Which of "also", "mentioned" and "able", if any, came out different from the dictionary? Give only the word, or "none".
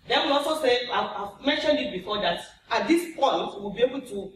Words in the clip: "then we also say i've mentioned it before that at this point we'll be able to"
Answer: none